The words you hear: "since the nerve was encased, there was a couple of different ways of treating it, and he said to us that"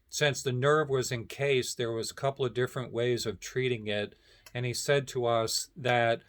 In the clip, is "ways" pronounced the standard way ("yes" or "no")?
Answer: yes